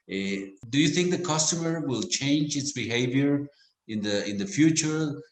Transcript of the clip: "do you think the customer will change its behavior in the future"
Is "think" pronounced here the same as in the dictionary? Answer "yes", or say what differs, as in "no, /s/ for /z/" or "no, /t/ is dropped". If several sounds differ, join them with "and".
yes